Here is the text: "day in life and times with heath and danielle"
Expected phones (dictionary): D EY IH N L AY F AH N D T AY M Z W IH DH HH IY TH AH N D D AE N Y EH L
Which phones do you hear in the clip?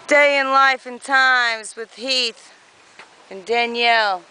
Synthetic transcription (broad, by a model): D EY IH N L AY F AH N T AY M Z W IH DH HH IY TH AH N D D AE N Y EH L